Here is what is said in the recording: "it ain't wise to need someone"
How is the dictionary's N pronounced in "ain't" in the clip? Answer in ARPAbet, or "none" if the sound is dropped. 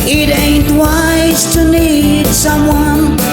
N